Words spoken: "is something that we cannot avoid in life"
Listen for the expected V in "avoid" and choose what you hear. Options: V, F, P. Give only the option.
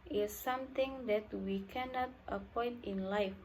P